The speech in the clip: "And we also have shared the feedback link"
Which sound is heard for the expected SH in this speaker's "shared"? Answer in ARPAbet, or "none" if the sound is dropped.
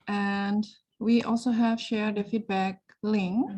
SH